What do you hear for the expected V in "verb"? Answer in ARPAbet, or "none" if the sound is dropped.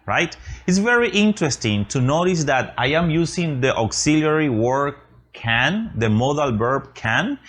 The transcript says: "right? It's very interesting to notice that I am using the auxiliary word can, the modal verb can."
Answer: B